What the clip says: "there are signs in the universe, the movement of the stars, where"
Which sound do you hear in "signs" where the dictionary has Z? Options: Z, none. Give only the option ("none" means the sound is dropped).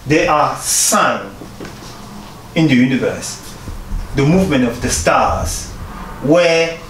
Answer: none